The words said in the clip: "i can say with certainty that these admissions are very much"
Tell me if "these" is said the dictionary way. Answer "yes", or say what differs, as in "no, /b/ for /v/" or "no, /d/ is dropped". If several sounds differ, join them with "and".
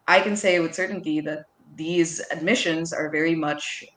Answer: yes